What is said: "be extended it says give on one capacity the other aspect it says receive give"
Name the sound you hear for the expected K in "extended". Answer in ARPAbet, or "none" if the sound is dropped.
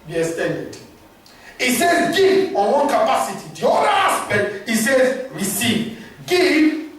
none